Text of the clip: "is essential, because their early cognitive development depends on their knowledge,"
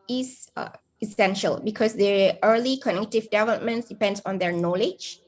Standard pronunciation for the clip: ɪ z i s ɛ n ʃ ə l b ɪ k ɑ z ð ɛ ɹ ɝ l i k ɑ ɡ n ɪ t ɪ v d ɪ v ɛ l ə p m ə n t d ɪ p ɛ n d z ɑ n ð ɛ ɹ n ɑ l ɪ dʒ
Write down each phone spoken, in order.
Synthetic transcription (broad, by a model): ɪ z i s ɛ n ʃ ə l b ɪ k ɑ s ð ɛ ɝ l i k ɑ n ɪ t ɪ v d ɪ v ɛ l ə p m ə n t d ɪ p ɛ n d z ɑ n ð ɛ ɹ n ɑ l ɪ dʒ